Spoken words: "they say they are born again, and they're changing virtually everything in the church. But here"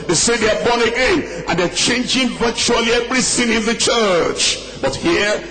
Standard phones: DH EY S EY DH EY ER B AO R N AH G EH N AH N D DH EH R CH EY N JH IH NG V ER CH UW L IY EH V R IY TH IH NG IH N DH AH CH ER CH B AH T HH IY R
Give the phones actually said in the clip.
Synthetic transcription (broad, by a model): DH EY S EY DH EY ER B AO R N AH G EH N AH N D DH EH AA CH EY N JH IH NG V ER CH UW L IY EH V R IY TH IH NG IH N DH AH CH ER CH B AH T HH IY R